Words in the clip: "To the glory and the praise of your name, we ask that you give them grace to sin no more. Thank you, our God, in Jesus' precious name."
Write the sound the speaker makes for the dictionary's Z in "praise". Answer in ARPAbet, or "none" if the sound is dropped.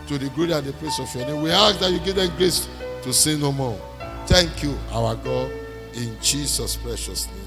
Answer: S